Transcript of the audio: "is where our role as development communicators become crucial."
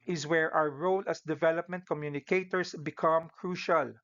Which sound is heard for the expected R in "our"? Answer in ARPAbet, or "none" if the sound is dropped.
W